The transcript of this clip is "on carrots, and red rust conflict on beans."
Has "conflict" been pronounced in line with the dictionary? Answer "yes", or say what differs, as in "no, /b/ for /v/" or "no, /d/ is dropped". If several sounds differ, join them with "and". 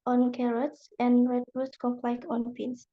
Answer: no, /t/ is dropped